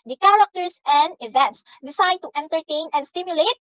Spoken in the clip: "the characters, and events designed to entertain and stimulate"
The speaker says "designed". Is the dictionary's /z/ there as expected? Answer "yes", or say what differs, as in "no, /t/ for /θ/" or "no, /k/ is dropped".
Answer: no, /s/ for /z/